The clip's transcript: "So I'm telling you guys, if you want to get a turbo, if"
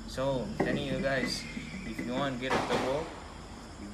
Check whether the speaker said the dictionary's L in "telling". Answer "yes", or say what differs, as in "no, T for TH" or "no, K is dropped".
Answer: no, N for L